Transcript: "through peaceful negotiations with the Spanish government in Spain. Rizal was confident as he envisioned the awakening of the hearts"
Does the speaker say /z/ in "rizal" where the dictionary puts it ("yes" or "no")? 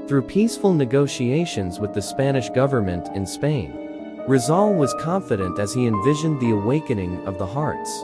yes